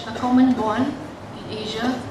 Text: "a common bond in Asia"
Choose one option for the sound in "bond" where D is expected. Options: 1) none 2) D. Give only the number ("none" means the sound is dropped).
1